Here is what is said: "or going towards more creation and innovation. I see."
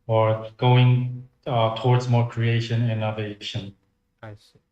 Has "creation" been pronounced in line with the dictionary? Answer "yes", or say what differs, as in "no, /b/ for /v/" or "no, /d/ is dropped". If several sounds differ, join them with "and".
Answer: no, /ʃ/ is dropped